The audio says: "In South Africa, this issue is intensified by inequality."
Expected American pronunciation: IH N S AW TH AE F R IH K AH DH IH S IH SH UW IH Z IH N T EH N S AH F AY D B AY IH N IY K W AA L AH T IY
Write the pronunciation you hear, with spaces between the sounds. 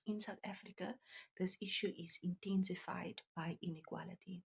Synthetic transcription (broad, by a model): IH N S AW T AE F R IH K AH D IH S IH SH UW IH Z IH N T EH N S AH F AY D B AY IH N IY K W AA L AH T IY